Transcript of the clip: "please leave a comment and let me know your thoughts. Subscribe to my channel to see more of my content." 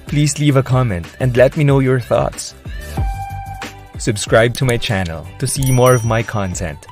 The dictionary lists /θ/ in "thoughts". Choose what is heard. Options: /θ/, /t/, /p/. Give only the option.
/θ/